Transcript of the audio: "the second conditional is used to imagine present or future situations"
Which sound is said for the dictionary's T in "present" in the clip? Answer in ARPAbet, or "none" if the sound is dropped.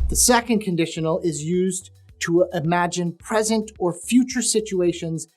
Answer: T